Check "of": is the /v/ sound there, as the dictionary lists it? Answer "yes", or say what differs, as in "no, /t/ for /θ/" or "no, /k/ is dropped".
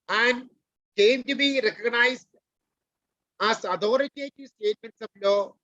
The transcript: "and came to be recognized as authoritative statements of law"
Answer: no, /b/ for /v/